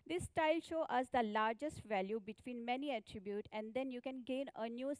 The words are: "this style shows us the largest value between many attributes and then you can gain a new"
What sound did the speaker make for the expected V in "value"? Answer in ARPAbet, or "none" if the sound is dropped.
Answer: V